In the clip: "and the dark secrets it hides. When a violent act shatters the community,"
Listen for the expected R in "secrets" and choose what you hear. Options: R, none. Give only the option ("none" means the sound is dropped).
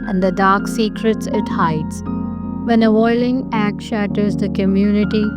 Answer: R